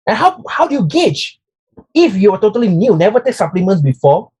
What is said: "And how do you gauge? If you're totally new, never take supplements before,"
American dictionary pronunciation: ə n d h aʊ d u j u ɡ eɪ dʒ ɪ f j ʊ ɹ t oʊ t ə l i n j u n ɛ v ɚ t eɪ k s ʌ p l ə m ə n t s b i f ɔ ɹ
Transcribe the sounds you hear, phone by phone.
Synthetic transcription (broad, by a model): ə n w h aʊ d u j u ɡ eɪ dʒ ɪ f j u w t oʊ t ə l i n j u n ɛ v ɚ t eɪ k s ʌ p l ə m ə n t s b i f ɔ